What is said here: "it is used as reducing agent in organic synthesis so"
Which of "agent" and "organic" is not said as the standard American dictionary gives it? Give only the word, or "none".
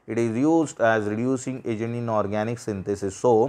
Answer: agent